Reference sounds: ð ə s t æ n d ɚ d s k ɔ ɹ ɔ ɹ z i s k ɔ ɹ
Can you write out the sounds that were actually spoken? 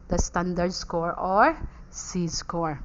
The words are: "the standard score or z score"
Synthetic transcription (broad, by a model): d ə s t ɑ n d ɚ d s k ɔ ɹ ɔ ɹ s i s k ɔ ɹ